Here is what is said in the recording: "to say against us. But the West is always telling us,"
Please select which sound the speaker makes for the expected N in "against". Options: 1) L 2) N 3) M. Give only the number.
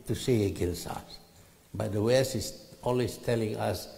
1